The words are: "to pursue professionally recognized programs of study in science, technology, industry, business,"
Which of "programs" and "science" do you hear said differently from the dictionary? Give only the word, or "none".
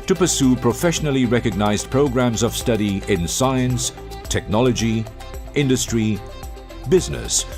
none